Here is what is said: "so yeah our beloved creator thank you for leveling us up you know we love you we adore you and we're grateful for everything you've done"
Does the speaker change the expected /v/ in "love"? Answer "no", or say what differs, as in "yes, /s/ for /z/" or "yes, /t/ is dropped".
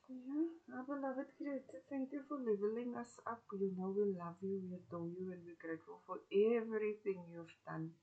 no